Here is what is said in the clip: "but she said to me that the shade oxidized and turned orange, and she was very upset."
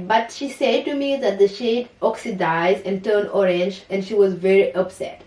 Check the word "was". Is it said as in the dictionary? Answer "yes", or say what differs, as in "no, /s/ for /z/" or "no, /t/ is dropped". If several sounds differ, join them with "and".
yes